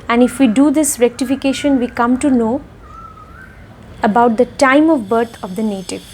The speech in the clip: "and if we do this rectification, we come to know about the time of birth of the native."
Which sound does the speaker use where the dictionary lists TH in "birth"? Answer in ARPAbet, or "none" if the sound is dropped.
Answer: T